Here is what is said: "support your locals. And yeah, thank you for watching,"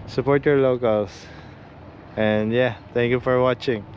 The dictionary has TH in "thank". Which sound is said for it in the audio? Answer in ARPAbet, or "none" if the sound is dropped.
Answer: T